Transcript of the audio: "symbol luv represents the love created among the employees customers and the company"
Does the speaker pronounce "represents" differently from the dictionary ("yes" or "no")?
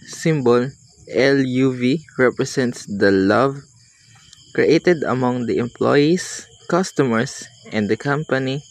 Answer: yes